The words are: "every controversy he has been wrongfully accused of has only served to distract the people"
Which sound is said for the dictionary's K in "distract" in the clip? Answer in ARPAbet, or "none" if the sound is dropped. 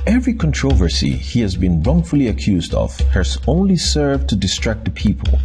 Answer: K